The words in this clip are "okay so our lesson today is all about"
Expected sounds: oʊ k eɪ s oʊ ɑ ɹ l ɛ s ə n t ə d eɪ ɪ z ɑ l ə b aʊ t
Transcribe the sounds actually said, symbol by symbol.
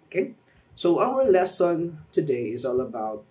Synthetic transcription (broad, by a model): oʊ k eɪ s oʊ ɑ w l ɛ s ə n t ə d eɪ ɪ z ɑ l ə b aʊ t